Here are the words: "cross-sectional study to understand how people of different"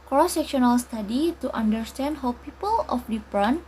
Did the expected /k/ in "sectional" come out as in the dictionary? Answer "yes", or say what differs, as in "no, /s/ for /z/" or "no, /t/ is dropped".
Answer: yes